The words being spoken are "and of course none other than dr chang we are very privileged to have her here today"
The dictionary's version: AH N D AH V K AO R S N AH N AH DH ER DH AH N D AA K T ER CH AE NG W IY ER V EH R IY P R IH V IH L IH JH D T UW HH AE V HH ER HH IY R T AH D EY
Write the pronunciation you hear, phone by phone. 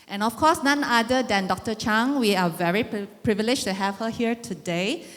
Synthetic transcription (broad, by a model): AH N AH F K AO S N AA N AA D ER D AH N D AA K T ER CH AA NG W IY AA V EH R IY P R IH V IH L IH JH T UW HH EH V HH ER HH IY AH T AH D EY